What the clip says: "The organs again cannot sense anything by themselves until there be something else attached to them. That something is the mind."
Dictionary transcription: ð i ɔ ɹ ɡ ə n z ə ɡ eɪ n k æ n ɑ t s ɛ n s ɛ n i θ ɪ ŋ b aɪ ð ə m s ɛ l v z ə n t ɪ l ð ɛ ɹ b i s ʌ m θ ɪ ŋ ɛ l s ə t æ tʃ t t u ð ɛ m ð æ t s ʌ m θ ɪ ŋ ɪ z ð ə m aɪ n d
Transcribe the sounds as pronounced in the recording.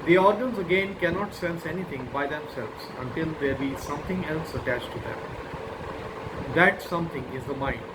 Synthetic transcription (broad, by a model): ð i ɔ ɹ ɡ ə n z ə ɡ eɪ n k æ n ɑ t s ɛ n s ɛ n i t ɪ ŋ b aɪ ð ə m s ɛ l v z ə n t ɪ l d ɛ ɹ b i s ʌ m t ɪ ŋ ɛ l s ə t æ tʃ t t u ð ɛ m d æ t s ʌ m t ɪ ŋ ɪ z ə m aɪ n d